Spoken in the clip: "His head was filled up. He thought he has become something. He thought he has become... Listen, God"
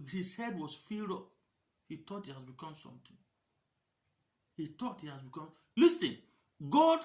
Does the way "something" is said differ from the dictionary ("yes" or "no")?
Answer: yes